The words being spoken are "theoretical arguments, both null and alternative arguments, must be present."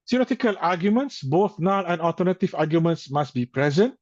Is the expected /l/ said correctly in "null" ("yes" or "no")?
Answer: no